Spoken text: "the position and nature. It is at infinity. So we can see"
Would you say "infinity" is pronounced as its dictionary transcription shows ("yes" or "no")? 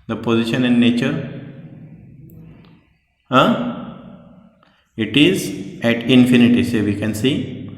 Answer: yes